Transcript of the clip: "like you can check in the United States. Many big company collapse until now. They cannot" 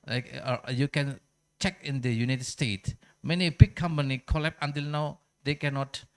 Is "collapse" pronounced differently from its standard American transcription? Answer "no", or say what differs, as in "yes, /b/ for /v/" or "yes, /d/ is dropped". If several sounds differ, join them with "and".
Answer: yes, /s/ is dropped